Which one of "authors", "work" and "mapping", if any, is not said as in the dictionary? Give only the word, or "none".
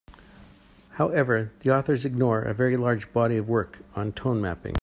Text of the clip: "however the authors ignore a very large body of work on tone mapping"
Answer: none